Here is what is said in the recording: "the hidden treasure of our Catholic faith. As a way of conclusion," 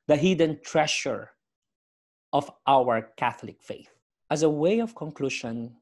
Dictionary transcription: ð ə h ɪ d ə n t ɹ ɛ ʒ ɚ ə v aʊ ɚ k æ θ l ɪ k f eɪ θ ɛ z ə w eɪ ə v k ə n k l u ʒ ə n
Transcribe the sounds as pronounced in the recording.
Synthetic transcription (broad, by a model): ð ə h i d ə n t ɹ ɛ ʃ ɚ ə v aʊ ɚ k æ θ l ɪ k f eɪ θ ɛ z ə w eɪ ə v k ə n k l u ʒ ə n